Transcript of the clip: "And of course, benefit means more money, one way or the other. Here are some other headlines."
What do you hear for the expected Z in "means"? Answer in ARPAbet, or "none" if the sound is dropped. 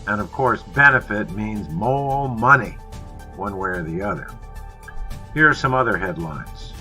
Z